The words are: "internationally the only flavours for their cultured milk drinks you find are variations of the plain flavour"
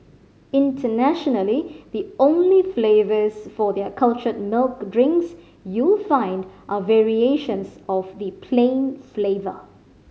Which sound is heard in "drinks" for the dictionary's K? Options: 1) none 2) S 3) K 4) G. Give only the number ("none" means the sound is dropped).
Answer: 3